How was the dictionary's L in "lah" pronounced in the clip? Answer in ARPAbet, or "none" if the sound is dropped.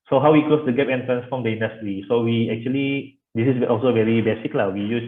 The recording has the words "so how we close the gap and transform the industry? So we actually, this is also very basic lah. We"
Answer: L